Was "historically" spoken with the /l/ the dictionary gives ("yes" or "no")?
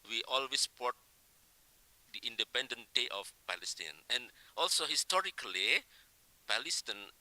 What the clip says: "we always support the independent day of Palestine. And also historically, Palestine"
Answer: yes